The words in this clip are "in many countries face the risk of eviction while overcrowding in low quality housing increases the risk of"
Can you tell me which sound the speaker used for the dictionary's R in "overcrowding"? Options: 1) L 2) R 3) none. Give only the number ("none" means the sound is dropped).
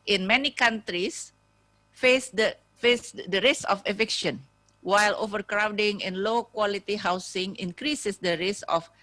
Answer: 2